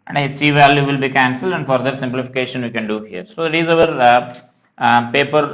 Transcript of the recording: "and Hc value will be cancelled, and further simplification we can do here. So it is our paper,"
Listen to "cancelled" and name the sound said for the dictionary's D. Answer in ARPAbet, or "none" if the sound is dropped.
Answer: D